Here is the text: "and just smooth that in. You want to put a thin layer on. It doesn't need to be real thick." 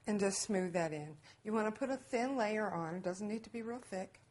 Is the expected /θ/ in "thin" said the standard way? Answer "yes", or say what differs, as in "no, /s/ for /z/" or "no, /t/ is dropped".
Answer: yes